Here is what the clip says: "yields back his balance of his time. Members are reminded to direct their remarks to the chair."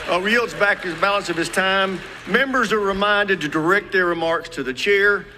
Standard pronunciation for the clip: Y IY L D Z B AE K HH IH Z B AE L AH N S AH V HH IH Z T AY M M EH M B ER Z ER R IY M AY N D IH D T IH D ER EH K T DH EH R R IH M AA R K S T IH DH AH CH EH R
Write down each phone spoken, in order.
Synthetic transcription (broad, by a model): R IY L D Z B AE K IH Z B AE L AH N S AH V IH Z T AY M M EH M B ER Z ER R IY M AY N D IH D T IH D ER EH K T DH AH R R IH M AA R K S T IH DH AH CH EH R